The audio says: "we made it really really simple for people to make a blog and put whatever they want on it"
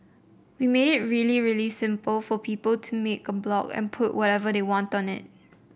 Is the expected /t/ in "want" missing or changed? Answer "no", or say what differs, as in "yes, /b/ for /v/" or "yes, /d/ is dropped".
no